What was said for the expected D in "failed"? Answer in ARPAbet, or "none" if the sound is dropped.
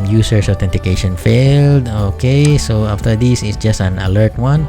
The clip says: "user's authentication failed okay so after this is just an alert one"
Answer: D